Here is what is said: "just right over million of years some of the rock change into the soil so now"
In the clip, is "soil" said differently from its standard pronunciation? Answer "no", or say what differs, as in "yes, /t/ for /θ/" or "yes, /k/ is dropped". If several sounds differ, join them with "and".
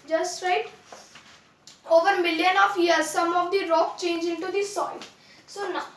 yes, /n/ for /l/